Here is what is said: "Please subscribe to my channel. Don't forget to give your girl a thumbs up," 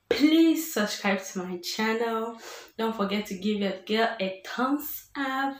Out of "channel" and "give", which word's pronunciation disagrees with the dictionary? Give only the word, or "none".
none